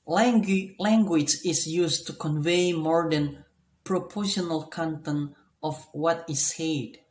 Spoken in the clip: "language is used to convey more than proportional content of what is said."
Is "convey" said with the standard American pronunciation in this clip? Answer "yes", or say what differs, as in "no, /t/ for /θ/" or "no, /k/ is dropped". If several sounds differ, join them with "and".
yes